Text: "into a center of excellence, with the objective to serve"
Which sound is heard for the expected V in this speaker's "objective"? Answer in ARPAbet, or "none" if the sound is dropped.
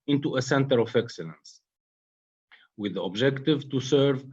V